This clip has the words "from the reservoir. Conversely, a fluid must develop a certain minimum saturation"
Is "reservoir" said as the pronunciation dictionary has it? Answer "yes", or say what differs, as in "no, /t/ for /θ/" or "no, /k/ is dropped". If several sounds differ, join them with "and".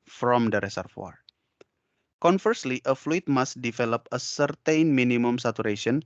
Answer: no, /s/ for /z/ and /f/ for /v/